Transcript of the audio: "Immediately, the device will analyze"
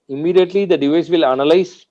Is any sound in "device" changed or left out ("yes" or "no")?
no